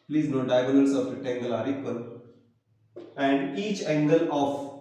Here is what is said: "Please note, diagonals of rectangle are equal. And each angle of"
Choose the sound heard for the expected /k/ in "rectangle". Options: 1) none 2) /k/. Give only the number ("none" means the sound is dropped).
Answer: 1